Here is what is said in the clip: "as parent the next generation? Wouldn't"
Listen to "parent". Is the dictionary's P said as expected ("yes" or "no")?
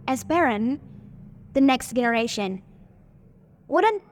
no